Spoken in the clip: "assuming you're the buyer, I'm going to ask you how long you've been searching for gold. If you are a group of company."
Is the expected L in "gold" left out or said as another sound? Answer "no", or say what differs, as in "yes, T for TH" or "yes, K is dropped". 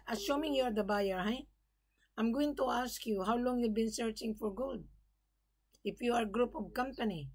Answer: yes, L is dropped